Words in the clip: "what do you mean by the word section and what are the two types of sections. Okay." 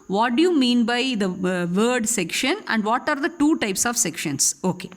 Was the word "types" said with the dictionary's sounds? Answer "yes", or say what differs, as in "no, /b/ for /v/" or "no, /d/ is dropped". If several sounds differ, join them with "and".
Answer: yes